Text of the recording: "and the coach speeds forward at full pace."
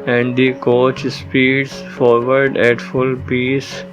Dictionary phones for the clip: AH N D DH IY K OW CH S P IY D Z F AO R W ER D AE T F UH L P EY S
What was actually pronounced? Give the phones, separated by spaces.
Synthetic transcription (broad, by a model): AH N D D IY K OW CH S P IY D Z F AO R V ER D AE T F UH L P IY S